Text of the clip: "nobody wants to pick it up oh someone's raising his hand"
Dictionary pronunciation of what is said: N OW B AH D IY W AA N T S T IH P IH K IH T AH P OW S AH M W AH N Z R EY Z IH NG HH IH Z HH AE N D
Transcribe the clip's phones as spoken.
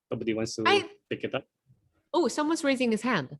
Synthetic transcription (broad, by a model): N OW B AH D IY W AA N T S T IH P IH K IH T AH P OW S AH M W AH N Z R EY Z IH NG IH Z HH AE N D